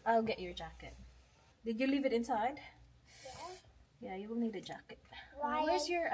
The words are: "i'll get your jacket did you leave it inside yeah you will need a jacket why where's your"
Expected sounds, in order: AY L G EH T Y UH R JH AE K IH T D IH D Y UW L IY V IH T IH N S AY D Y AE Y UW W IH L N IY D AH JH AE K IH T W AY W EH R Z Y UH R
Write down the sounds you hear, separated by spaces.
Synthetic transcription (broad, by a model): AY L G EH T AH R JH AE K IH T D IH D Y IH L IY V IH T IH N S AY D Y AE Y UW W IH L N IY D AH JH AE K IH T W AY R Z Y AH R